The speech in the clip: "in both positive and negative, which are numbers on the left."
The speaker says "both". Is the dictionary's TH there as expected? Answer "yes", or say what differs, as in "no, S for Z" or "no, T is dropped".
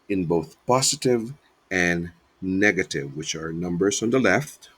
yes